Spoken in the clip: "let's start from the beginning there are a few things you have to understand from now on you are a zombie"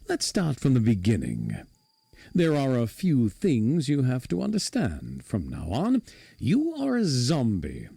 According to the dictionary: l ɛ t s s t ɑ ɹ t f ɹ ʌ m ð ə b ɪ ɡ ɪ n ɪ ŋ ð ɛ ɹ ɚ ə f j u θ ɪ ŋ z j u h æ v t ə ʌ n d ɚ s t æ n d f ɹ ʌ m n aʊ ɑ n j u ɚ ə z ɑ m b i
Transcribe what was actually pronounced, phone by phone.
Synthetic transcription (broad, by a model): l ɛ t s s t ɑ ɹ t f ɹ ʌ m ð ə b ɪ ɡ ɪ n ɪ ŋ ð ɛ ɹ ɚ ə f j u θ ɪ ŋ z j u h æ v t ə ʌ n d ɚ s t æ n d f ɹ ʌ m n aʊ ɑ n j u ɚ ə z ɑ m b i